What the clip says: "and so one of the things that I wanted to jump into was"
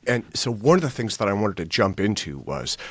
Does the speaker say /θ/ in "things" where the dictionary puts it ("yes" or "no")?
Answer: yes